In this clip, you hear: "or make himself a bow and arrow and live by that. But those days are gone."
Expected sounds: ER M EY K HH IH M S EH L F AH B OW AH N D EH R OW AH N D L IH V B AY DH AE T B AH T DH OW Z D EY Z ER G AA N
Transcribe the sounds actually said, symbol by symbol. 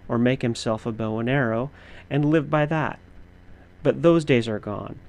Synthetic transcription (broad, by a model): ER M EY K HH IH M S EH L F AH B OW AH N EH R OW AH N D L IH V B AY DH AE T B AH T DH OW Z D EY Z ER G AA N